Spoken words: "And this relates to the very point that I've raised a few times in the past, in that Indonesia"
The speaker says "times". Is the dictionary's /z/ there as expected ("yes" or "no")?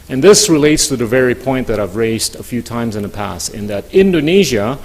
yes